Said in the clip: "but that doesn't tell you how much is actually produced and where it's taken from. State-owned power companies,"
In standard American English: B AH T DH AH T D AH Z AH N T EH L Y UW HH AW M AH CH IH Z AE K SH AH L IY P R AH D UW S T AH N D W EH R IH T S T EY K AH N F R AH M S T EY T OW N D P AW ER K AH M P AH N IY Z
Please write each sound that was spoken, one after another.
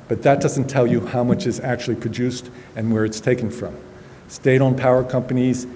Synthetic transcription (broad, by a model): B AH T DH AH T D AH Z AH N T EH L Y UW HH AW M AH CH IH Z AE K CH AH L IY P R AH D UW S T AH N W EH R IH T S T EY K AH N F R AH M S T EY T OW N P AW ER K AH M P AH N IY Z